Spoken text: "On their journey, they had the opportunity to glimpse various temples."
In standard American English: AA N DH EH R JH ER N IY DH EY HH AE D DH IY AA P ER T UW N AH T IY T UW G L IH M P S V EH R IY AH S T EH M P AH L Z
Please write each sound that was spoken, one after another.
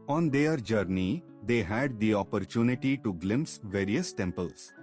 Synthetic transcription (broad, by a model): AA N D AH R JH ER N IY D EY HH AE D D IY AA P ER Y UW N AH T IY T UW G L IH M S V EH R IY AH S T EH M P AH L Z